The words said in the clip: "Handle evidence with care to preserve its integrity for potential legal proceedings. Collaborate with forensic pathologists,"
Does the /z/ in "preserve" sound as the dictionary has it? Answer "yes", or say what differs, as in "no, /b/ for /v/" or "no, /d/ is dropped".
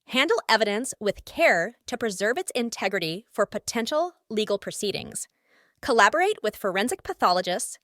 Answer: yes